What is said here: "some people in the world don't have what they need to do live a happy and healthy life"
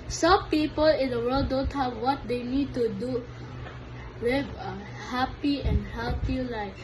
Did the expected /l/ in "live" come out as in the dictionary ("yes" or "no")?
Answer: no